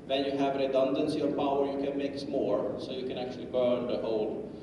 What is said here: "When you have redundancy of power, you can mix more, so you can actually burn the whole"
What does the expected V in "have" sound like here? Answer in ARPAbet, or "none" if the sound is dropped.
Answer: V